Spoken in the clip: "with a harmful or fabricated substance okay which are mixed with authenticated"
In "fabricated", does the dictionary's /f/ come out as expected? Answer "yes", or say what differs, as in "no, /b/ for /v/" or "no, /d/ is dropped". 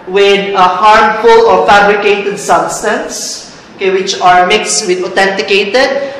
yes